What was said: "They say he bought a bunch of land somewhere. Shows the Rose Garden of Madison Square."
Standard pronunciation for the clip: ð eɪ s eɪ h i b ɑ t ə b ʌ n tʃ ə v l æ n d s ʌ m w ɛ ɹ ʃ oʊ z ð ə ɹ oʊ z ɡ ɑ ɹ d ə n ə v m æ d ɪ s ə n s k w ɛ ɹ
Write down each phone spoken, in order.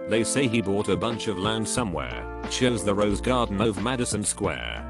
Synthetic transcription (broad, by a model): ð eɪ s eɪ i b ɑ t ə b ʌ n tʃ ə v l æ n d s ʌ m w ɛ ɹ ʃ oʊ z ð ə ɹ oʊ z ɡ ɑ ɹ d n ə v m æ d ɪ s ə n s k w ɛ ɹ